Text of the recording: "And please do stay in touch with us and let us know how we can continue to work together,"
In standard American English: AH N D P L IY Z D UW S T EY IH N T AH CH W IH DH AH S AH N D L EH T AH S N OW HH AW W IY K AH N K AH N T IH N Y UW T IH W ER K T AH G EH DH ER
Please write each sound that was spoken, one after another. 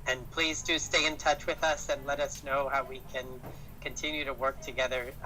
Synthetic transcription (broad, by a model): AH N P L IY Z D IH S T EY IH N T AH CH W IH DH AH S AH N L EH T AH S N OW HH AW W IY K AH N K AH N T IH N Y UW T IH W ER K T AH G EH DH ER